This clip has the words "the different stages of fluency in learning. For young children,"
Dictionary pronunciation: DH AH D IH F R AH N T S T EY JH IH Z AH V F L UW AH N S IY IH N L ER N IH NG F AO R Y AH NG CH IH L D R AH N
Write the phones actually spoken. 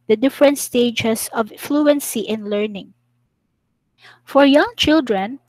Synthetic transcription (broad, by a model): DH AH D IH F R AH N T S T EY JH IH S AH V F L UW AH N S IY IH N L ER N IH NG F AO R Y AH NG CH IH L D R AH N